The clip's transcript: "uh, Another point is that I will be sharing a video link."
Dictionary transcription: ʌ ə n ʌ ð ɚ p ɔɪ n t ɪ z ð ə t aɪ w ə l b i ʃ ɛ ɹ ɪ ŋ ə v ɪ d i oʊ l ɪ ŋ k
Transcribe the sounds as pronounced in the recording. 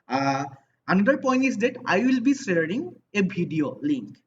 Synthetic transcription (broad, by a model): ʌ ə n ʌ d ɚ p ɔɪ n t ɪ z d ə t aɪ w ə l b i s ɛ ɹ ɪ ŋ ə b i d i oʊ l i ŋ k